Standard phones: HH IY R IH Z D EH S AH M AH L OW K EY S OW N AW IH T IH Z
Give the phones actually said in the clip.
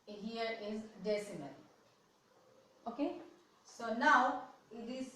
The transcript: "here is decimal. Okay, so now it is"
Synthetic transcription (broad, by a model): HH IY R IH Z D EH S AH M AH N OW K EY S OW N AW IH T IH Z